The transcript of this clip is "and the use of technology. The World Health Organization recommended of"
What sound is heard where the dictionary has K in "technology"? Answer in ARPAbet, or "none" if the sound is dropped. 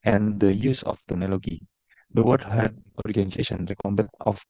none